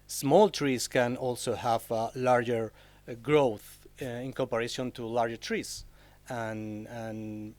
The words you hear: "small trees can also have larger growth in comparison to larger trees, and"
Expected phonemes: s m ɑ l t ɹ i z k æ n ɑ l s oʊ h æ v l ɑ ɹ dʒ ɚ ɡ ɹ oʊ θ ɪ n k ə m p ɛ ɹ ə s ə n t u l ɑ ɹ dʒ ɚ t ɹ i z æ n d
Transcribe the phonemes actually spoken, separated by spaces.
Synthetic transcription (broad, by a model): s m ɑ l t ɹ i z k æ n ɑ l s oʊ h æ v l ɑ ɹ dʒ ɚ ɡ ɹ oʊ θ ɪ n k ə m p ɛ ɹ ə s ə n t u l ɑ ɹ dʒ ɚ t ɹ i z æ n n